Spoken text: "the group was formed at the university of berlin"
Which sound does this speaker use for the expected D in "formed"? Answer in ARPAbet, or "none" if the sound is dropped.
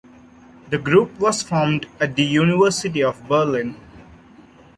D